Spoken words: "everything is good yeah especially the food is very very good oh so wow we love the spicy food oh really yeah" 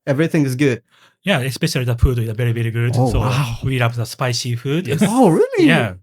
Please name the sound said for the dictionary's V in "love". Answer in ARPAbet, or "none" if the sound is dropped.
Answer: P